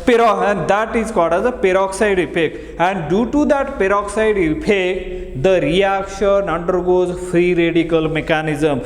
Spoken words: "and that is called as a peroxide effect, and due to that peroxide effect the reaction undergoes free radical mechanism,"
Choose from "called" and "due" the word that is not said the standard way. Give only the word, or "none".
called